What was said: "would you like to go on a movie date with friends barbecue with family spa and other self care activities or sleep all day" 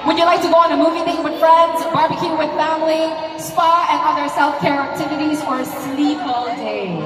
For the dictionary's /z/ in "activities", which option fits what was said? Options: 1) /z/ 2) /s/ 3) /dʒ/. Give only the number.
1